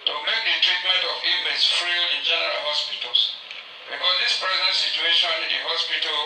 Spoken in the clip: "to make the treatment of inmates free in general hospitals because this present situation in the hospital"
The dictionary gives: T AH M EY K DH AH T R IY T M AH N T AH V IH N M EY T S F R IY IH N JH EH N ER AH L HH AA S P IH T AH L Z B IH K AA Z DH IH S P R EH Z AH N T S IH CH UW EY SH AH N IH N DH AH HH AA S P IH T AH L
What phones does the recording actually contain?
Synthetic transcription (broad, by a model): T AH M EY K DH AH T R IY T M AH N T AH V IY M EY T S F R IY IH N JH EH N ER AH L HH AA S P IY T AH L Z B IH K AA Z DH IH S P R EH Z AH N T S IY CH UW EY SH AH N IH N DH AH HH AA S P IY T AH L